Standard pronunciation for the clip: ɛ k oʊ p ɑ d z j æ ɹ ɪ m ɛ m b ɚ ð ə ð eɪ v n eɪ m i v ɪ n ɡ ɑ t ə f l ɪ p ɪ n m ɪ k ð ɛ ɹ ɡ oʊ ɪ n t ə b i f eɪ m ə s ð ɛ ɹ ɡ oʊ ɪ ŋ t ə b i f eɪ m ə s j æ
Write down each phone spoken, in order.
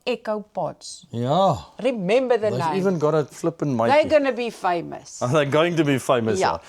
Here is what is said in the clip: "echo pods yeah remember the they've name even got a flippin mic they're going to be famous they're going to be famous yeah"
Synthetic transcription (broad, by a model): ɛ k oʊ b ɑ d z j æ ɹ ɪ m ɛ m b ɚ ð ə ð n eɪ i v ɪ n ɡ ɑ t ə f l ɪ p ɪ n m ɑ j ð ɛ ɡ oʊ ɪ n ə b i f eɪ m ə s ð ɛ ɡ oʊ ɪ ŋ t ə b i f eɪ m ə s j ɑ